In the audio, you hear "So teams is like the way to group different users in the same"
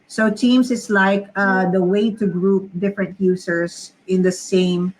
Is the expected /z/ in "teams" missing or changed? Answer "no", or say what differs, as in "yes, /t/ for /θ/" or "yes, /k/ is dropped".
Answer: yes, /s/ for /z/